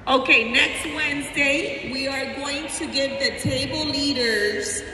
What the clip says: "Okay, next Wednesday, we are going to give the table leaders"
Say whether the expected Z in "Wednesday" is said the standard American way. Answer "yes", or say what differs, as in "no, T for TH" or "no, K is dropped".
yes